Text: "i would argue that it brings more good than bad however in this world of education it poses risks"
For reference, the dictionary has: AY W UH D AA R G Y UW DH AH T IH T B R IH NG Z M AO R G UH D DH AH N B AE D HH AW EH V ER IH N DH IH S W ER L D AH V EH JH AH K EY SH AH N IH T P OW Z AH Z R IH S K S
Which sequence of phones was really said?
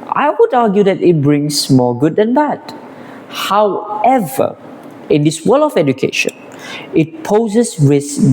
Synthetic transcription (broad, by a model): AY W UH D AA G Y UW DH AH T IH T B R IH NG S M AO G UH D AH N B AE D HH AW EH V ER IH N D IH S W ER L AH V EH JH AH K EY SH AH N IH T P OW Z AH S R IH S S